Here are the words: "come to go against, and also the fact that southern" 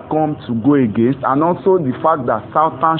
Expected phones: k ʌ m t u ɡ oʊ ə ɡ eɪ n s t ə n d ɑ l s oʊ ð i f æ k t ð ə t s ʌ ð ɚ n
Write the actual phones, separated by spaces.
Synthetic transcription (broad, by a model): k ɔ m t u ɡ oʊ ə ɡ eɪ n s t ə n ɑ l s oʊ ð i f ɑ k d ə t s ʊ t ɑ n